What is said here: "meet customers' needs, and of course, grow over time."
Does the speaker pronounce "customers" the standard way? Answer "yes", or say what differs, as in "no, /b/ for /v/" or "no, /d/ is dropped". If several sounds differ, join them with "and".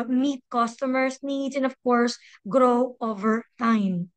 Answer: no, /s/ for /z/